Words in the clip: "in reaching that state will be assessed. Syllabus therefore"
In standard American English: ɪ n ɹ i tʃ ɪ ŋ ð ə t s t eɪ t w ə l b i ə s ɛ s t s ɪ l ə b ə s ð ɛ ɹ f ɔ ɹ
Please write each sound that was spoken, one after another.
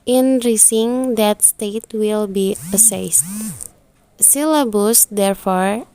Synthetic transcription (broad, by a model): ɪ n ɹ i s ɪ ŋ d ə t s t eɪ t w ə l b i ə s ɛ s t s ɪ l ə b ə s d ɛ ɹ f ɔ ɹ